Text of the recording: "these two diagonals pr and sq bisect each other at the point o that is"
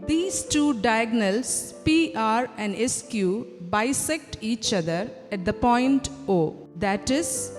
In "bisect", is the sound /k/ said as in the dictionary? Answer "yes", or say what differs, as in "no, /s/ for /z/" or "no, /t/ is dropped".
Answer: yes